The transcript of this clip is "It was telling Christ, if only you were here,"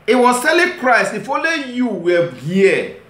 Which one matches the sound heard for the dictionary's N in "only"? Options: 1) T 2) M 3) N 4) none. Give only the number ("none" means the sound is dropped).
4